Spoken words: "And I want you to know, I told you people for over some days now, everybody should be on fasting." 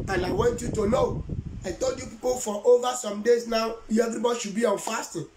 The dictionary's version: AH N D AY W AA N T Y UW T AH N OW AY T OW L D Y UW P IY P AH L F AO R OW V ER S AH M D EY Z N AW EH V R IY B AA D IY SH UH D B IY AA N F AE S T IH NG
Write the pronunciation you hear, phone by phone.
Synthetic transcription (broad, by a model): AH N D AY W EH N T Y UW T AH N OW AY T OW L D Y UW P IY P AH L F AO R OW V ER S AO M D EY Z N AW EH V R IY B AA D IY SH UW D B IY AA N F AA S T